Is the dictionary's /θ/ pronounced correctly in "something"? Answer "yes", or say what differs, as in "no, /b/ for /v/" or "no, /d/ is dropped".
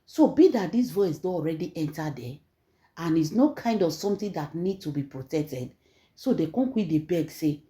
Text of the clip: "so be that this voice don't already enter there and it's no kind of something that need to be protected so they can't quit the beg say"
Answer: no, /t/ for /θ/